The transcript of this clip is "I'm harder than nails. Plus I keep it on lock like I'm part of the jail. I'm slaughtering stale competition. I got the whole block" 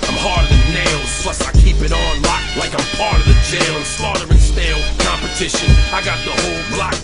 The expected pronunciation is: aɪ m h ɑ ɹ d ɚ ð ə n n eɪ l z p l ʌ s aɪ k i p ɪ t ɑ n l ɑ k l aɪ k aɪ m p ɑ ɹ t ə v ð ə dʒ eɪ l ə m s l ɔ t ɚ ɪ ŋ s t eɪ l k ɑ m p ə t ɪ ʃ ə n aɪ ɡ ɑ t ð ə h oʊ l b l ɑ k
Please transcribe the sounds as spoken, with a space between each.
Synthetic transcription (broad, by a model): aɪ m h ɑ ɹ d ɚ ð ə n n eɪ l z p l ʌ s aɪ k i p ɪ t n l ɑ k l aɪ k aɪ m p ɑ ɹ t ə v ð ə dʒ eɪ l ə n s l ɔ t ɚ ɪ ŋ s t eɪ l k ɑ m p ə t ɪ ʃ ə n aɪ ɡ ɑ t ð ə h oʊ l b l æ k